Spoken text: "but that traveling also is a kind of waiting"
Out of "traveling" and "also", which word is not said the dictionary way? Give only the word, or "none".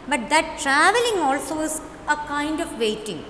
none